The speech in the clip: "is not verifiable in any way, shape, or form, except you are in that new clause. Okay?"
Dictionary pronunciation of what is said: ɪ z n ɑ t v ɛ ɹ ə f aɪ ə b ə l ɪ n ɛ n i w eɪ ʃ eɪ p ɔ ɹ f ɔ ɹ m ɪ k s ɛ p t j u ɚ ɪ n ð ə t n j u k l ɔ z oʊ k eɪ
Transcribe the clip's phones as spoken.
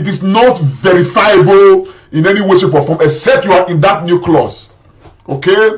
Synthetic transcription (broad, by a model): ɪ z n ɑ t v ɛ ɹ ə f aɪ ə b ə l ɪ n ɛ n i w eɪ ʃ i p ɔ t f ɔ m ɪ s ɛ t j u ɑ ɪ n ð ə t n j u k l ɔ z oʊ k eɪ